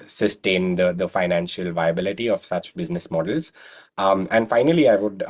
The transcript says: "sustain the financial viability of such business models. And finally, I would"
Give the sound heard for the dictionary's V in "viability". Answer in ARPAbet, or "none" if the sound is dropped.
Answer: V